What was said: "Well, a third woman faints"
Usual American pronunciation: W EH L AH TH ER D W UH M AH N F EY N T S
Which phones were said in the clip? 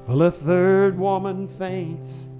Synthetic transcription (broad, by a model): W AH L AH TH ER D W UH M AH N F EY N T S